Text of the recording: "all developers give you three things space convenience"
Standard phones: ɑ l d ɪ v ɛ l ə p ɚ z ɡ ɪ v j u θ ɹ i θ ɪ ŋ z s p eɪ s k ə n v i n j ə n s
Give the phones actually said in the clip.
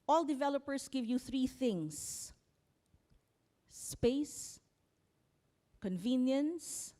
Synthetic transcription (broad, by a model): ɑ l d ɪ v ɛ l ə p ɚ s ɡ ɪ v j u θ ɹ i θ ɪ ŋ s p eɪ s k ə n v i n j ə n s